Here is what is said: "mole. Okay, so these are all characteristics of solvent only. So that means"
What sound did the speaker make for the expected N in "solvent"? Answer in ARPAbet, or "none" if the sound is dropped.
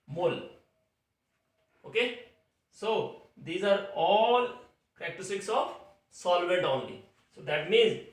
none